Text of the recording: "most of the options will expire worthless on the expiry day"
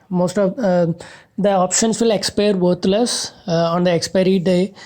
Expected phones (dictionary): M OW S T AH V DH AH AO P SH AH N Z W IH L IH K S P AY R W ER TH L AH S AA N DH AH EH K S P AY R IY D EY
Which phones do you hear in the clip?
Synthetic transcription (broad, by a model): M OW S T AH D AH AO P SH AH N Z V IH L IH K S P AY R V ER T L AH S AA N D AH EH K S P AY R IY D EY